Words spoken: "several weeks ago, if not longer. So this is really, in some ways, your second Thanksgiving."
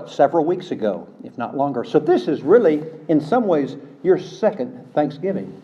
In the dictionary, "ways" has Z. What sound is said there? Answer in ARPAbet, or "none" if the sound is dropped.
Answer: Z